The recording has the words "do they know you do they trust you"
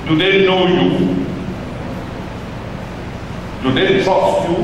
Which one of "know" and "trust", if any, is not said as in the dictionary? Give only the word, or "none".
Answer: trust